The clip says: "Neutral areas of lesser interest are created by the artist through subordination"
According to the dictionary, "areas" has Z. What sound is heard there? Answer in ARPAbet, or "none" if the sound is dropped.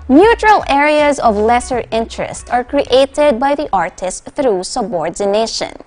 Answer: Z